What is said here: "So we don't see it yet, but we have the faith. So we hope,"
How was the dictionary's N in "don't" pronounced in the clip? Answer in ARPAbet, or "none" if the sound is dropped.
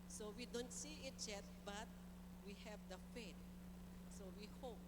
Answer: N